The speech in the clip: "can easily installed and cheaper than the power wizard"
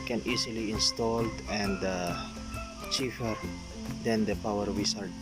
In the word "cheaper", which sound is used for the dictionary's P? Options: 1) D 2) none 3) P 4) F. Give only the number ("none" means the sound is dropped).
4